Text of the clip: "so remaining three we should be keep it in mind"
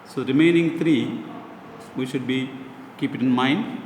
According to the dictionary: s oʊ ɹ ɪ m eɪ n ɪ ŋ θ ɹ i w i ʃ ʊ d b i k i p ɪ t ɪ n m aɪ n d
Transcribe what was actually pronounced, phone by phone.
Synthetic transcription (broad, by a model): s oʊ ɹ ɪ m eɪ n ɪ ŋ t ɹ i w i ʃ ʊ d b i k i p ɪ t ɪ n m aɪ n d